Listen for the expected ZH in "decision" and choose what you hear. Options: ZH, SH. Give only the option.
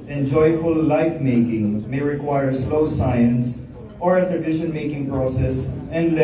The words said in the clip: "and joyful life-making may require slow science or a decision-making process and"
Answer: SH